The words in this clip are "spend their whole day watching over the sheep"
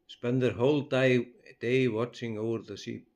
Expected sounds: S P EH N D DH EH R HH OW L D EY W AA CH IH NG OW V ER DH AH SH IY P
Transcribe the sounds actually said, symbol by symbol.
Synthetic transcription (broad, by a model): S P EH N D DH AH R HH OW L D EY W AA CH IH NG OW V ER DH AH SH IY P